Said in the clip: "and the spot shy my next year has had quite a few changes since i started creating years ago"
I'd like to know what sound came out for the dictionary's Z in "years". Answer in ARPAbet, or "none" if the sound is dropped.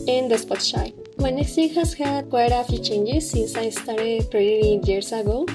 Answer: S